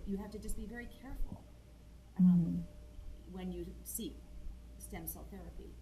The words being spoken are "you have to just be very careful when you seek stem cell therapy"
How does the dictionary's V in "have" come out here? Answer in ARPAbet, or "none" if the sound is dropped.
F